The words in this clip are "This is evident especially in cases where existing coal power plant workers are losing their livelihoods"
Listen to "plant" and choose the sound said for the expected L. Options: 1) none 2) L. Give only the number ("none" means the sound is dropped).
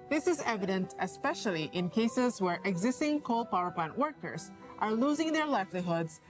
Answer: 2